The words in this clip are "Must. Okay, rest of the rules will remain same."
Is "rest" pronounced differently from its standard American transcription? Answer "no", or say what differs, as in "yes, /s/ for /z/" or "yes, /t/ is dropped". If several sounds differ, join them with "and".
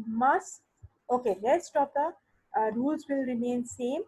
yes, /l/ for /ɹ/